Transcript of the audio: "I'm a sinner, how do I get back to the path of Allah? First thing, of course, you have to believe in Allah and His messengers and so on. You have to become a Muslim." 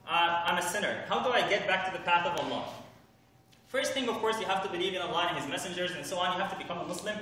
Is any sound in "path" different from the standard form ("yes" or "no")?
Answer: no